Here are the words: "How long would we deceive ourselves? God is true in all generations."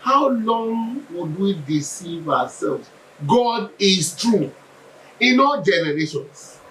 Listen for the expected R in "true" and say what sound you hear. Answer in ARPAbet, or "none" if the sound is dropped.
R